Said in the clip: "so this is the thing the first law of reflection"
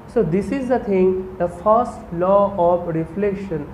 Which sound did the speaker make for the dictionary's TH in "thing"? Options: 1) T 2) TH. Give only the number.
1